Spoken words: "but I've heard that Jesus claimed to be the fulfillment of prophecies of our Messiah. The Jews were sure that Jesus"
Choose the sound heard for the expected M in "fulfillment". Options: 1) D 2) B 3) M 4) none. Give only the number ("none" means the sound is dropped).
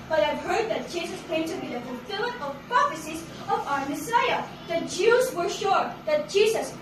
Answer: 4